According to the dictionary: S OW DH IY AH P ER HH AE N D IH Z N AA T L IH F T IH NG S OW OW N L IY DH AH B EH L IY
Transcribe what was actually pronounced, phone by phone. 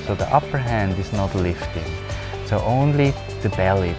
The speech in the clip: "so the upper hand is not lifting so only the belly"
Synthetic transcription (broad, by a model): S OW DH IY AH P ER HH AE N D IH Z N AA T L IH F T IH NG S OW OW N L IY DH AH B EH L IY